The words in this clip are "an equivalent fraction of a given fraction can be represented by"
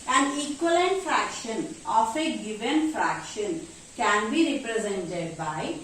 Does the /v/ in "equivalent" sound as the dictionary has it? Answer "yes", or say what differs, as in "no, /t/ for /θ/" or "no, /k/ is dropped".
no, /v/ is dropped